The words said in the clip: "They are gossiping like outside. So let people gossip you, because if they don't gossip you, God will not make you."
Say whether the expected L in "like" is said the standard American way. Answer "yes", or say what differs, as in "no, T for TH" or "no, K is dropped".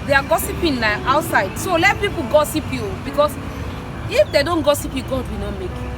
no, N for L